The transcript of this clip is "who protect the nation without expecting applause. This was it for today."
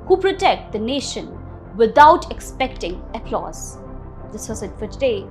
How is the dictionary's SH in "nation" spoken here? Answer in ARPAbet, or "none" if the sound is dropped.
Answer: SH